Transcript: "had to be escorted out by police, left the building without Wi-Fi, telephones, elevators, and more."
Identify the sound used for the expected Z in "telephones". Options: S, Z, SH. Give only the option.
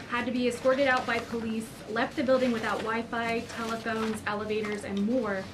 Z